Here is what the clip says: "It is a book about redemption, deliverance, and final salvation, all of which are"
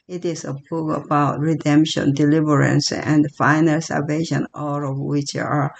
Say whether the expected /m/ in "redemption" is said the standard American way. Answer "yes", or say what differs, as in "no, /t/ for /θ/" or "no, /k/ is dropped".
yes